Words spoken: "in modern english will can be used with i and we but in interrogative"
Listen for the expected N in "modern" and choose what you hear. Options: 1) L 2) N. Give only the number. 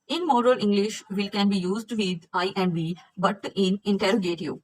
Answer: 1